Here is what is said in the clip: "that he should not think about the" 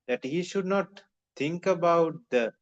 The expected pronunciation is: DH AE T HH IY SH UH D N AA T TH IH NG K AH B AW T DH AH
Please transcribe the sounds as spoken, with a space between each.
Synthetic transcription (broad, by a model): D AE T HH IY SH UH D N AA T T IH NG K AH B AW T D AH